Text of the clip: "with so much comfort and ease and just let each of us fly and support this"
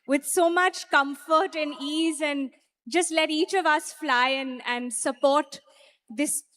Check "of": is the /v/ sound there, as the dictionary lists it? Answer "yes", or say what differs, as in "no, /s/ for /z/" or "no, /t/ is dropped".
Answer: yes